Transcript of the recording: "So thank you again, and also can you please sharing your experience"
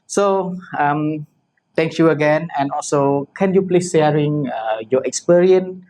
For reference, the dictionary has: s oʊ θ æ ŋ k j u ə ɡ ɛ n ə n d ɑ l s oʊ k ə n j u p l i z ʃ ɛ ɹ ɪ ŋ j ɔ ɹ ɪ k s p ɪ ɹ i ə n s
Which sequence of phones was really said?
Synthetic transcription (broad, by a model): s oʊ t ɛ ŋ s j u ə ɡ ɛ n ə n ɑ l s oʊ k ə n j u p l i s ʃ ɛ ɹ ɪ ŋ j ɔ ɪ k s p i ɹ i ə n